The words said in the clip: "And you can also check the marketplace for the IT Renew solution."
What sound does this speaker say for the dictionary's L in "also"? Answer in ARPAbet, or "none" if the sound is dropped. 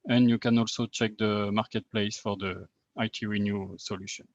L